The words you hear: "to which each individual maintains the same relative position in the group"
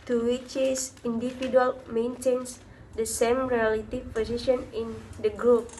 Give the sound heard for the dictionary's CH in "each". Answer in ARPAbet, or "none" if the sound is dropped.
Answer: S